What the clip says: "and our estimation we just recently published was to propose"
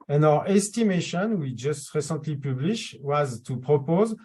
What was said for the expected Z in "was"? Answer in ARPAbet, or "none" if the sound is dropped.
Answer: Z